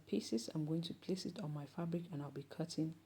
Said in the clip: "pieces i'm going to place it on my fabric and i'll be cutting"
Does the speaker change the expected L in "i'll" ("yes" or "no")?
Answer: no